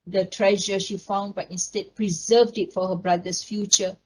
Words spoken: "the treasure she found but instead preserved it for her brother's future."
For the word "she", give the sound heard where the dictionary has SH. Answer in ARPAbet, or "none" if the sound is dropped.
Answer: SH